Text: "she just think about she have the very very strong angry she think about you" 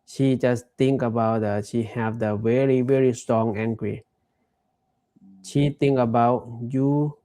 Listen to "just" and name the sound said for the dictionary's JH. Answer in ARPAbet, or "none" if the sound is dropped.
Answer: JH